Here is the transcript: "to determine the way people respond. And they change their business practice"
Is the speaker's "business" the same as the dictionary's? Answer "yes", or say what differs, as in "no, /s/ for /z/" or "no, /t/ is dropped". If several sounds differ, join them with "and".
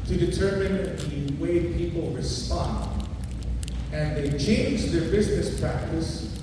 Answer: yes